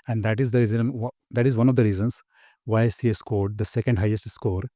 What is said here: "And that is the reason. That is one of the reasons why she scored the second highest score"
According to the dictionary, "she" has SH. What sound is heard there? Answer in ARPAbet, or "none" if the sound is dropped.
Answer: S